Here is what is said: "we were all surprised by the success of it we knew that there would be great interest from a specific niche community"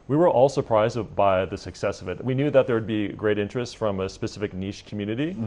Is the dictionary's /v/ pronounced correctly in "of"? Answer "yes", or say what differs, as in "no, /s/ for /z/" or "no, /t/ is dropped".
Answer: yes